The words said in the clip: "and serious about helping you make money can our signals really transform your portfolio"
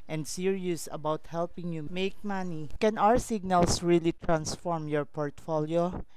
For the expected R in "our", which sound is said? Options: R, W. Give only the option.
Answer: R